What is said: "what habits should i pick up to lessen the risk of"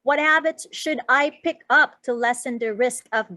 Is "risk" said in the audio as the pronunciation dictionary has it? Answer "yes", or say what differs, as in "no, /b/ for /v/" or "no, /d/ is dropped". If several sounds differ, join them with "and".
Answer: yes